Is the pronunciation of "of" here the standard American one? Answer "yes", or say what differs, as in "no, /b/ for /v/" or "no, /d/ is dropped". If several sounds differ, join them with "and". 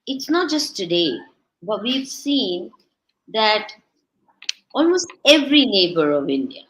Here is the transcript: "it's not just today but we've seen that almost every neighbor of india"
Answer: yes